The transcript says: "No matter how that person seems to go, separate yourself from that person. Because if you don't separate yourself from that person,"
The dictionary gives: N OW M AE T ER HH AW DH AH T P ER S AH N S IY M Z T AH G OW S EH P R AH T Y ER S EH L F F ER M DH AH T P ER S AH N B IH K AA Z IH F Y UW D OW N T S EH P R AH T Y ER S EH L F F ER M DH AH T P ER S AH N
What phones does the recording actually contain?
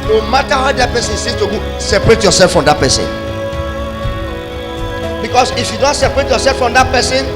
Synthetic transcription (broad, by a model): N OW M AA T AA HH AW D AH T P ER S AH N S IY Z T AH G OW S EH P R AH T Y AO S EH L F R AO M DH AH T P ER S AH N B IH K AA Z IH F Y UW D OW N T S EH P R AH T Y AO S EH L F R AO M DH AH T P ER S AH N